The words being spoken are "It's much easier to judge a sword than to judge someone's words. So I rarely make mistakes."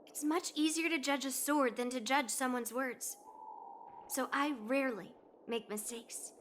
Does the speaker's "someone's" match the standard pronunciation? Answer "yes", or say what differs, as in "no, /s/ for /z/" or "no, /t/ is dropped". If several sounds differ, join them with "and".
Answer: yes